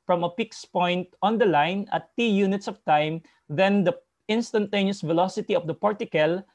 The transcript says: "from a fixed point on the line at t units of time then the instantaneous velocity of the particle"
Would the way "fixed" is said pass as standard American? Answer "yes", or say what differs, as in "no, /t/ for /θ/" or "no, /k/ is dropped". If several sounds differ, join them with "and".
no, /p/ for /f/